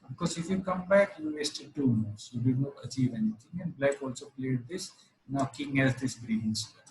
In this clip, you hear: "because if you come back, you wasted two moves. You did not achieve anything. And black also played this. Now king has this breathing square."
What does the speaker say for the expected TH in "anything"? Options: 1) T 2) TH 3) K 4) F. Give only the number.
1